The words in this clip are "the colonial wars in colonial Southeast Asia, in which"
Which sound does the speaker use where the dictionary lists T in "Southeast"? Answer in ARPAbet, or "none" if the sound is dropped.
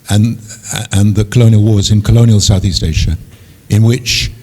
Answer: T